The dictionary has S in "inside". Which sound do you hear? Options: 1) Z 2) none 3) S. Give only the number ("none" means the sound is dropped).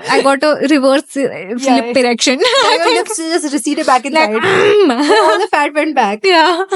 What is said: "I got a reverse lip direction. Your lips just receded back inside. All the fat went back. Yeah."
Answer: 2